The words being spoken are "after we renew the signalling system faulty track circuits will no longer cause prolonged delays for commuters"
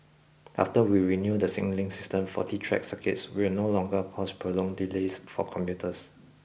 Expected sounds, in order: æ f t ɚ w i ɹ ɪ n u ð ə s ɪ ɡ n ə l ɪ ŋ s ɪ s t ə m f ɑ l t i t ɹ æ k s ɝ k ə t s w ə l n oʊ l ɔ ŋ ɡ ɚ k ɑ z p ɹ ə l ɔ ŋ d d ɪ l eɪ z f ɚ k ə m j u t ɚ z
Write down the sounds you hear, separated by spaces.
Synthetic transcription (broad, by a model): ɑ f t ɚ w i ɹ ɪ n u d ə s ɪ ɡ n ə l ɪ ŋ s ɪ s t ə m f ɑ t i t ɹ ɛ k s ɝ k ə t s w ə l n oʊ l ɔ ŋ ɡ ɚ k ɑ s p ɹ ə l ɔ ŋ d d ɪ l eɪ s f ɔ k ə m j u t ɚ s